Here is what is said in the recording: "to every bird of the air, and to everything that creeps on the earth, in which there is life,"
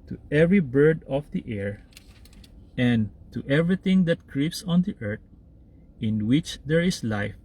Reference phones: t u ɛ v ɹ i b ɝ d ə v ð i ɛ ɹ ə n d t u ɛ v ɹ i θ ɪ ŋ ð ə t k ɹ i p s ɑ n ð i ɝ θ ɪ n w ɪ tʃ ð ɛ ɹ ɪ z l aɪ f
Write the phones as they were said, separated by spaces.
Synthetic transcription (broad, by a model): t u ɛ v ɹ i b ɝ d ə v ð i ɛ ɹ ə n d t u ɛ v ɹ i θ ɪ ŋ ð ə t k ɹ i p s ɑ n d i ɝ t ɪ n w ɪ tʃ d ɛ ɹ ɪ s l aɪ f